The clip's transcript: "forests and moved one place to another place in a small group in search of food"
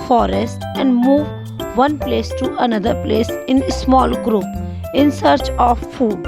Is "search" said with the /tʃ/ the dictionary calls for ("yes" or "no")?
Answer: yes